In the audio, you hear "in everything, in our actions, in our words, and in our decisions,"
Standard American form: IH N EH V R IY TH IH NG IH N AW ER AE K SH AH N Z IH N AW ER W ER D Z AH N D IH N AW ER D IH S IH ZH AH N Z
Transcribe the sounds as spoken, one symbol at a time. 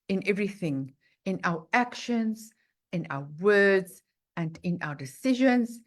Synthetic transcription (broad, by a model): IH N EH V R IY TH IH NG IH N AW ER AE K SH AH N Z IH N AW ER W ER D Z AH N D IH N AW ER D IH S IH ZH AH N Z